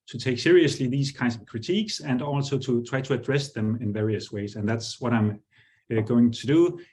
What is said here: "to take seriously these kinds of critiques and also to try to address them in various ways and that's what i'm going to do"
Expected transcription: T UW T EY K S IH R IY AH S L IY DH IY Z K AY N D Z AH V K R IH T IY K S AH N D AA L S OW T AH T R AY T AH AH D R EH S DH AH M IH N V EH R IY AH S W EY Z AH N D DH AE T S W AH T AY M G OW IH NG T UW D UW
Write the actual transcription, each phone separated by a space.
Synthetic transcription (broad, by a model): T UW T EY K S IH R IY AH S L IY DH IY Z K AY N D S AH V K R IH T IY K S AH N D AA L S OW T AH T R AY T AH AH D R EH S DH AH M IH N V EH R IY AH S W EY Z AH N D DH AE T S W AH T AY M G OW IH NG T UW D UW